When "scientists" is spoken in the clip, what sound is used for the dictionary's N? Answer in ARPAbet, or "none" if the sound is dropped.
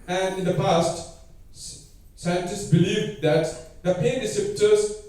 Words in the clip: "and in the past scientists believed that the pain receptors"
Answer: N